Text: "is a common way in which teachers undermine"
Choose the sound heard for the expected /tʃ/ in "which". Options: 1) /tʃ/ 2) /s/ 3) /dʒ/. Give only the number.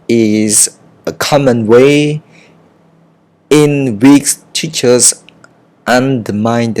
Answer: 2